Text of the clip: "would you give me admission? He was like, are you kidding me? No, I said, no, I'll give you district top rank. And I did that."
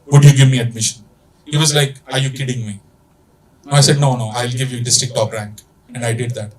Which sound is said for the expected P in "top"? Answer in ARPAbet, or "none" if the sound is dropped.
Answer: F